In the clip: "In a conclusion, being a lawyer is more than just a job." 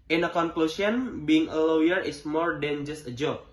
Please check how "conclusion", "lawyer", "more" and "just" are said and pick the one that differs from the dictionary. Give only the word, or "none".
conclusion